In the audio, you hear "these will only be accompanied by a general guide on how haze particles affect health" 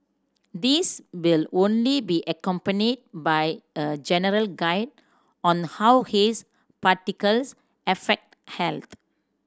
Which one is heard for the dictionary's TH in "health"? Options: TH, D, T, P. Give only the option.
T